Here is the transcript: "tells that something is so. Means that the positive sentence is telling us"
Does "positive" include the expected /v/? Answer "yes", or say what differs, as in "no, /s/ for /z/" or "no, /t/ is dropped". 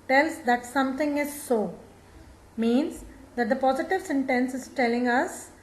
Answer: yes